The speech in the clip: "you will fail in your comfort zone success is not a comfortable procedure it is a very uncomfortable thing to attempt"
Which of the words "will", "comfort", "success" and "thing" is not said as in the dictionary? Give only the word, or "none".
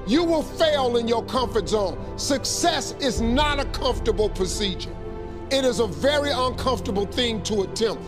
none